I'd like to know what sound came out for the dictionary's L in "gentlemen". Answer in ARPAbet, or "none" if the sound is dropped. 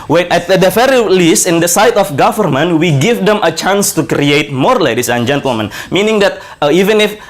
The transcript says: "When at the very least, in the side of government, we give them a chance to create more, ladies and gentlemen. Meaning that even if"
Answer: L